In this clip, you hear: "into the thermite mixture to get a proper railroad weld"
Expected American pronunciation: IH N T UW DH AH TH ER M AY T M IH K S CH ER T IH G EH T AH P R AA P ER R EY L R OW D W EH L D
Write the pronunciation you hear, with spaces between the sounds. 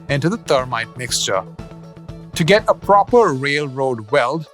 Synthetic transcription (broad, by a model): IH N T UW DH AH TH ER M AY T M IH K S CH ER T IH G EH T AH P R AA P ER R EY L R OW D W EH L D